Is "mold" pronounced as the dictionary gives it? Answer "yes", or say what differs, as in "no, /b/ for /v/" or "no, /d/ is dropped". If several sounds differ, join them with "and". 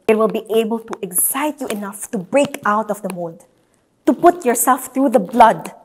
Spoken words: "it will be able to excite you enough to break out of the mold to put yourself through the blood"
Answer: no, /l/ is dropped